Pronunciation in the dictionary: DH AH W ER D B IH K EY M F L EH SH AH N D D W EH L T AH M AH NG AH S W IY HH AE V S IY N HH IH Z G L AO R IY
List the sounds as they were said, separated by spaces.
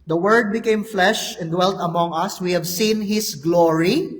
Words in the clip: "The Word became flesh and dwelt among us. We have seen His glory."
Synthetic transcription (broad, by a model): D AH W ER D B IH K EY M F L EH SH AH N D D W EH L T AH M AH NG AH S W IY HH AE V S IY N HH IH S G L AO R IY